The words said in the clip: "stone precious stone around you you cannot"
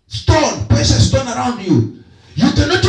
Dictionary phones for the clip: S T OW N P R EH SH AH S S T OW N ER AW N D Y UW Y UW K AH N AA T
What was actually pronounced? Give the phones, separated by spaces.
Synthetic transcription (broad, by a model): S T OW N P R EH S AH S S T OW N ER AW N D Y UW Y UW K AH N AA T